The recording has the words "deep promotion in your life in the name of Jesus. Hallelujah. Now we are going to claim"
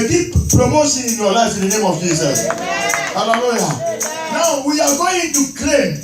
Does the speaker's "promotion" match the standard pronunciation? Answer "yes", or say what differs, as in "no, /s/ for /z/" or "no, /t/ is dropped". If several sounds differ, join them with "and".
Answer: no, /s/ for /ʃ/